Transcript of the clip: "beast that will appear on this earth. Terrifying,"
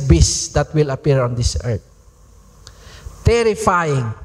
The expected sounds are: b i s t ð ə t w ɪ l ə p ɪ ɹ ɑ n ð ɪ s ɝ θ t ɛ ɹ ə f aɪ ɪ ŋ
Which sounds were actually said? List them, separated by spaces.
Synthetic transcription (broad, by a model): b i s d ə t w ɪ l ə p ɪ ɹ ɑ n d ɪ s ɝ t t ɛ ɹ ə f aɪ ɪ ŋ